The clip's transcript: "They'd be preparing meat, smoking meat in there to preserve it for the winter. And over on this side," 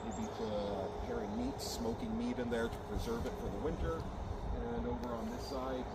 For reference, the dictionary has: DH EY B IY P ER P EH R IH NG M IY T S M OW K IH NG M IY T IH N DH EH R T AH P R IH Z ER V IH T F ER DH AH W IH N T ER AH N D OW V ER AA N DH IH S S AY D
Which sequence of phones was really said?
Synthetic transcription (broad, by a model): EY B IY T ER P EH R IH NG M IY T S M OW K IH NG M IY T IH N DH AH R T AH P R IH Z ER V IH T F ER DH AH W IH N T ER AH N OW V ER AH N DH IH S S AY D